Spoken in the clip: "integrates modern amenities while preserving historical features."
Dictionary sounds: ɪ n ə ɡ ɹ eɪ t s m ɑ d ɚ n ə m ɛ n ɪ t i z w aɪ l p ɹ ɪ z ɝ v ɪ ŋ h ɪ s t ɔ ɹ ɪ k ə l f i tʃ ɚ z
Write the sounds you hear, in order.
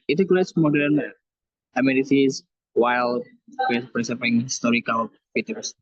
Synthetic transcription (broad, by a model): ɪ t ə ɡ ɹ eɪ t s m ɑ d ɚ n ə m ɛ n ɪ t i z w aɪ l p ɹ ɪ s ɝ p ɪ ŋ h ɪ s t ɔ ɹ ɪ k ə l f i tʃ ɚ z